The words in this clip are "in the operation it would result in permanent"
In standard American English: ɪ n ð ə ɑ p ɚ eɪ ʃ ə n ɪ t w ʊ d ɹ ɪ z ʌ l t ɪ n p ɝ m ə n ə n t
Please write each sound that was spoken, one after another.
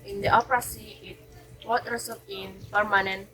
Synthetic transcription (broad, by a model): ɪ n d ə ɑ p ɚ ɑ s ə ɪ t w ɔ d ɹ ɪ s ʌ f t ɪ n p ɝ m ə n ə n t